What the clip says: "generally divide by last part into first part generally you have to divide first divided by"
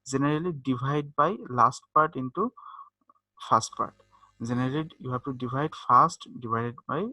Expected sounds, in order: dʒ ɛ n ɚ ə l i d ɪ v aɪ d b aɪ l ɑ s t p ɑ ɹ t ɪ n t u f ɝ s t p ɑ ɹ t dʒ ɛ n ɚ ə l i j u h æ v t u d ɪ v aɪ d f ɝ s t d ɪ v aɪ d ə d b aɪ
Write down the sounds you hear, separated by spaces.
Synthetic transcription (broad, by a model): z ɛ n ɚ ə l i d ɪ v aɪ d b aɪ l ɑ s t p ɑ ɹ t ɪ n t u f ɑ s t p ɑ ɹ t z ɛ n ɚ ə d j u h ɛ b t u d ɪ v aɪ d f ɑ s t d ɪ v aɪ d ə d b aɪ